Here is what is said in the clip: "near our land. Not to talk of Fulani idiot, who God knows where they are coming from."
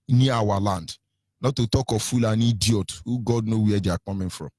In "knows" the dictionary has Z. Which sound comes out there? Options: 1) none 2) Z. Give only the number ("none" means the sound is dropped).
1